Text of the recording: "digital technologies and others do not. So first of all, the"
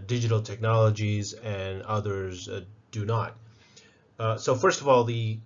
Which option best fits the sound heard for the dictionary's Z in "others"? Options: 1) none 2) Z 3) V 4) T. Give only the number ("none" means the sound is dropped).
2